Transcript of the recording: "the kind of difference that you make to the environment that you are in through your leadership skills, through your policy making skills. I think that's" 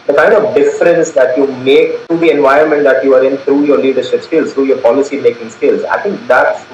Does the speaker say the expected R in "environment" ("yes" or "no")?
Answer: no